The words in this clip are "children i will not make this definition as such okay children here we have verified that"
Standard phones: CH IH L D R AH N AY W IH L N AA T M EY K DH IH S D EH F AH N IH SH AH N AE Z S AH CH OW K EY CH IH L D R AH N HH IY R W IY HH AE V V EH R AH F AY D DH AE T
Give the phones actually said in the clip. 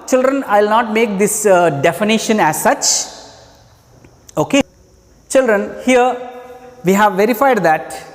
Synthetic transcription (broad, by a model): CH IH L D R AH N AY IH L N AA T M EY K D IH S D EH F AH N IH SH AH N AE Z S AH CH OW K EY CH IH L D R AH N HH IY R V IY HH AE V V EH R AH F AY D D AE T